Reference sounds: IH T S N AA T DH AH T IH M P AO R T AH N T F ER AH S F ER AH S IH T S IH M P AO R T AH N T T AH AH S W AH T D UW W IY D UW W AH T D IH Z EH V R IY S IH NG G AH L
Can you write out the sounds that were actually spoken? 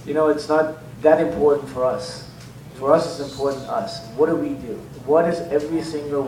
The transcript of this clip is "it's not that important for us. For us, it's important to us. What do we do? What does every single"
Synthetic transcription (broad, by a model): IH T S N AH T DH AH T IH M P AO R T N T F ER AH S F ER AH S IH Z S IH M P AO R T N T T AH AH S W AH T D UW W IY D UW W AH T D IH Z EH V R IY S IH NG G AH L